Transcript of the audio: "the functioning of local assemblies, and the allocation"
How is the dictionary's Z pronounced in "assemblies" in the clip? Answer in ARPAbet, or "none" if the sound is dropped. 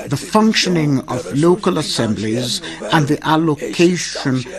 Z